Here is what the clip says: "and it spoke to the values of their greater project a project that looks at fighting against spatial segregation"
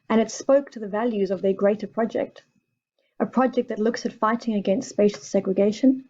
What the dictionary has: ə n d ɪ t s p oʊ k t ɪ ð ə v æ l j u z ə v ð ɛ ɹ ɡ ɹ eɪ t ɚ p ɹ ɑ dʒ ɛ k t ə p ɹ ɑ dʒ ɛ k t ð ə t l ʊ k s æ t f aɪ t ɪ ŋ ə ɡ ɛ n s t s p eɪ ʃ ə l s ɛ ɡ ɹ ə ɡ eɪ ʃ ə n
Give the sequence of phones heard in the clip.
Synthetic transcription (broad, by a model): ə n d ɪ t s p oʊ k t ɪ ð ə v æ l j u z ə v ð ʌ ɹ ɡ ɹ eɪ t ɚ p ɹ ɑ dʒ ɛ k t ə p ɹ ɑ dʒ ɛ k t ð ə t l ʊ k s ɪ t f aɪ t ɪ ŋ ə ɡ ɛ n s t s p eɪ ʃ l s ɛ ɡ ɹ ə ɡ eɪ ʃ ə n